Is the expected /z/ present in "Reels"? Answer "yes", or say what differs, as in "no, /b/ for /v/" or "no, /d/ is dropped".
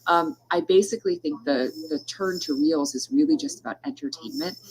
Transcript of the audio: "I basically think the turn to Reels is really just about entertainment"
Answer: yes